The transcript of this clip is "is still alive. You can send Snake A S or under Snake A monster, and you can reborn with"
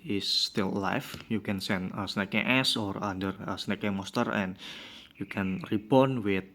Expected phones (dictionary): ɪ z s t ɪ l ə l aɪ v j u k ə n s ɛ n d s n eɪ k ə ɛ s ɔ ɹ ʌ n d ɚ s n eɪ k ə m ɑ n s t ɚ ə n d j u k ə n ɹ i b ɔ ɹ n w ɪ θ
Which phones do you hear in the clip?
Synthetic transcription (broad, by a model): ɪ s t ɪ l l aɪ f j u k ə n s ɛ n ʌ s n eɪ k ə ɛ s ɔ ɹ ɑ n d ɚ s n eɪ k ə m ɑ s t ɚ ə n j u k ə n ɹ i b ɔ n w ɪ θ